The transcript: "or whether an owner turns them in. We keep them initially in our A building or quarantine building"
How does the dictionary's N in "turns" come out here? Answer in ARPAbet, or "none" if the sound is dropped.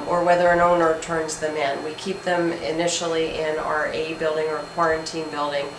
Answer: N